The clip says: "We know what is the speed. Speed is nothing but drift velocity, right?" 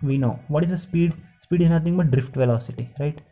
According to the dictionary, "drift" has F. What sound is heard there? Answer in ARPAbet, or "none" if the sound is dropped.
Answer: F